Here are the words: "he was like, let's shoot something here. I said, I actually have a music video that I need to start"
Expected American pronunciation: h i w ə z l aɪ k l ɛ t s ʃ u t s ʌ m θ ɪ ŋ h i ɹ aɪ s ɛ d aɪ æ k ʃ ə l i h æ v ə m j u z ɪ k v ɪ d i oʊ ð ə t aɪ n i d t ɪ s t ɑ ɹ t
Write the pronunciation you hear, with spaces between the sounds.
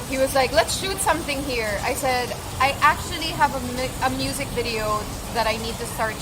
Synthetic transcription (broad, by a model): h i w ə z l aɪ k l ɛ t s ʃ u t s ʌ m θ ɪ ŋ h i ɹ aɪ s ɛ d aɪ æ k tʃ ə l i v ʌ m ə m j u z ɪ k v ɪ d i oʊ ð ə t aɪ n i d t ɪ s t ɑ ɹ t